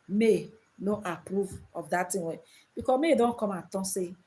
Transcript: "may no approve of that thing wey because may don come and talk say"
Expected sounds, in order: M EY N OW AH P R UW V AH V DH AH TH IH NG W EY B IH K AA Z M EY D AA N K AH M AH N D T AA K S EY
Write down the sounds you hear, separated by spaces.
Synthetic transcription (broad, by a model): M EY N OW AH P R UW V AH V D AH T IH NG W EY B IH K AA M EY D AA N K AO M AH T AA S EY